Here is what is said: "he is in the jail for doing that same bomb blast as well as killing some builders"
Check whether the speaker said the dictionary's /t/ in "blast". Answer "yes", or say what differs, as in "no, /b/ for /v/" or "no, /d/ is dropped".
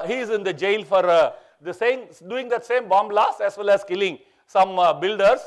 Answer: no, /t/ is dropped